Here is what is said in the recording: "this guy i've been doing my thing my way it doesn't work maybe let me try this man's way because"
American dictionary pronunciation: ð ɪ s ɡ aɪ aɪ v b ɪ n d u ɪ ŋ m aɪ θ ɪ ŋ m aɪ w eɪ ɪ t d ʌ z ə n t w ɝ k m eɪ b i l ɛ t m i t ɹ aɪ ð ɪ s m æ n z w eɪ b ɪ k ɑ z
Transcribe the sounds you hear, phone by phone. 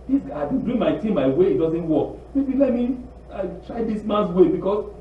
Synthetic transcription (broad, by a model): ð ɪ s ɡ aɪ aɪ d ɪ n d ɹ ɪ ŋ m aɪ t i m aɪ w eɪ ɪ t d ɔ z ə n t w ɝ k m eɪ b i l ɛ t m i t ɹ aɪ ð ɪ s m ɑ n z w eɪ b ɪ k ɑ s